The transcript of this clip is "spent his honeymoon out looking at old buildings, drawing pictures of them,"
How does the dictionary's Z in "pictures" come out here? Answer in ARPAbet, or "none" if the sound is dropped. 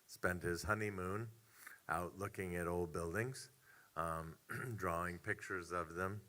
Z